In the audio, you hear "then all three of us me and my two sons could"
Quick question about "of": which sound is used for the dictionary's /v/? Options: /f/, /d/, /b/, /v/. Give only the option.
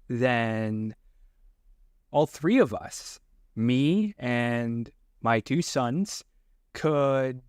/v/